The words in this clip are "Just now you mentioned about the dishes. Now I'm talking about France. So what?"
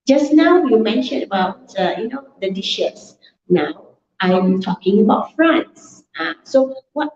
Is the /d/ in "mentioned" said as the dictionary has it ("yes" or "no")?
no